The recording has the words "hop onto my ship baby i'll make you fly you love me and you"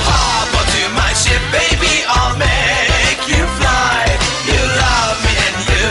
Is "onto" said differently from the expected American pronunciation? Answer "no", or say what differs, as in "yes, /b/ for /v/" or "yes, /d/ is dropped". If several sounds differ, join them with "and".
yes, /n/ is dropped